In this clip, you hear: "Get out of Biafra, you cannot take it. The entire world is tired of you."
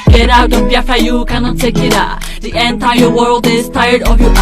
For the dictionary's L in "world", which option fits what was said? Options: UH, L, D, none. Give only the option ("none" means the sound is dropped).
L